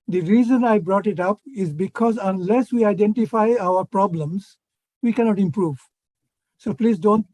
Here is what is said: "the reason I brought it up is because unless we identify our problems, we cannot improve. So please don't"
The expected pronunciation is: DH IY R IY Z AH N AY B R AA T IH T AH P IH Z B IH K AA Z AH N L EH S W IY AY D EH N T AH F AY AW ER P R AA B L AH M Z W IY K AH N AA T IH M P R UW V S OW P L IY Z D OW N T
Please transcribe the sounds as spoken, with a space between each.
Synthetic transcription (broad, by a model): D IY R IY Z AH N AY B R AA T IH T AH P IH Z B IH K AA Z AH N L EH S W IY AY D EH N T AH F AY AW ER P R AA B L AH M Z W IY K AH N AA T IH M P R UW V S OW P L IY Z D OW N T